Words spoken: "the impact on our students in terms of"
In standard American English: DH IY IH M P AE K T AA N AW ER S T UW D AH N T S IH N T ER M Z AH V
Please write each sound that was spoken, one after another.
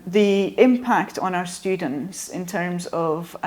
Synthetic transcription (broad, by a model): DH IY IH M P AE K T N AW ER S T UW D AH N T S IH N T ER M Z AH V